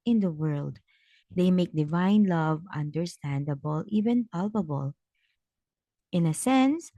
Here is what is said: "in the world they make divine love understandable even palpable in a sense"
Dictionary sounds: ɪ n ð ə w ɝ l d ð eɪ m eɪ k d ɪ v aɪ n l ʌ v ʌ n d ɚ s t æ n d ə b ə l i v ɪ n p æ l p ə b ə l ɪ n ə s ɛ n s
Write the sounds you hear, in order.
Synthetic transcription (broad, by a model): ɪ n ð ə w ɝ l d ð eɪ m eɪ k d ɪ v aɪ n l ʌ v ʌ n d ɚ s t æ n d ə b ə l i v ɪ n p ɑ l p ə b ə l ɪ n ə s ɛ n s